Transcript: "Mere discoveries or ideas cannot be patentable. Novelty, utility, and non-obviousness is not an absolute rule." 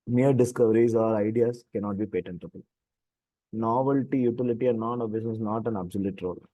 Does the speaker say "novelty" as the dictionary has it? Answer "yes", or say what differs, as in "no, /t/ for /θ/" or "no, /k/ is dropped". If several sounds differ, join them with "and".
yes